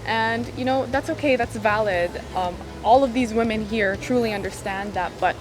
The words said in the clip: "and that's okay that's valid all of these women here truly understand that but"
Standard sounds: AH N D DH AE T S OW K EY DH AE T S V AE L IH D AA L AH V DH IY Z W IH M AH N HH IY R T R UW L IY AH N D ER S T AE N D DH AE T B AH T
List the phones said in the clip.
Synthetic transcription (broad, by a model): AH N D DH AE T S OW K EY DH AE T S V AE L IH D AA L AH V DH IY Z W IH M AH N HH IY R T R UW L IY AH N D ER S T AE N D DH AE T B AH T